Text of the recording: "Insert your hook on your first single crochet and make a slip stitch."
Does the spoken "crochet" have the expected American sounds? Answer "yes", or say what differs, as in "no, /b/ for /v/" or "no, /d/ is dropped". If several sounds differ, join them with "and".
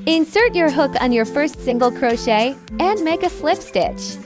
yes